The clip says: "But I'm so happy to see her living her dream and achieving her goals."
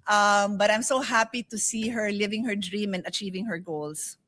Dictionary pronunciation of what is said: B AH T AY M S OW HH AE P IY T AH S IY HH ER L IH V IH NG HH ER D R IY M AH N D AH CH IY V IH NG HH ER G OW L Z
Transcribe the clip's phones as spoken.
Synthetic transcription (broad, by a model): B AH T AY M S OW HH AE P IY T AH S IY HH ER L IH V IH NG HH ER D R IY M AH N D AH CH IY V IH NG HH ER G OW L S